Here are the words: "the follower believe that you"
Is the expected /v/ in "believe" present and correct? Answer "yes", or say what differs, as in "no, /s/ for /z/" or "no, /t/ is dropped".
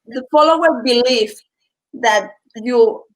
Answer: no, /f/ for /v/